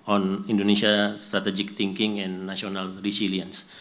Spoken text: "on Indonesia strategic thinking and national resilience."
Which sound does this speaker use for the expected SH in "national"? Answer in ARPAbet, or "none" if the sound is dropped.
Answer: none